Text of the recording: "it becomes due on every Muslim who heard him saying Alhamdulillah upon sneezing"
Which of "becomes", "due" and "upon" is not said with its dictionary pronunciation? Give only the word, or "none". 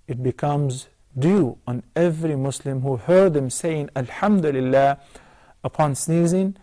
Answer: none